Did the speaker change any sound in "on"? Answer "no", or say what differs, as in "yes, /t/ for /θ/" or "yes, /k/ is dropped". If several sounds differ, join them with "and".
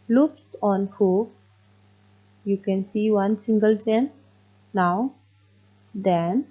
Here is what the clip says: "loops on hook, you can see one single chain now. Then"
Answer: no